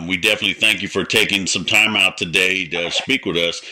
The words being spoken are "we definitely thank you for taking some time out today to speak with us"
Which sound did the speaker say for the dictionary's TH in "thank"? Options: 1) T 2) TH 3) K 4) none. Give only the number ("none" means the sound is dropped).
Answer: 2